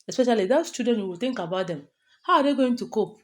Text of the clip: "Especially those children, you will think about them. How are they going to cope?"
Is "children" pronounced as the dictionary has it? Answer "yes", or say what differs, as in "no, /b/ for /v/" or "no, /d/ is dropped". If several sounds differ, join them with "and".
no, /l/ is dropped and /ɹ/ is dropped